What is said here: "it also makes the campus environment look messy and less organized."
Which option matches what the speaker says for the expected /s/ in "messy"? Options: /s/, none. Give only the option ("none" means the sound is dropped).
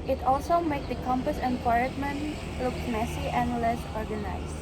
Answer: /s/